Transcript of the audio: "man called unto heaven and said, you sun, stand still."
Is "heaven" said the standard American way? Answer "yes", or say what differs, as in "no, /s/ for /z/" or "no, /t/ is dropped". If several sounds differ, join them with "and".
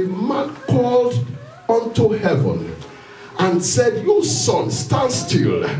yes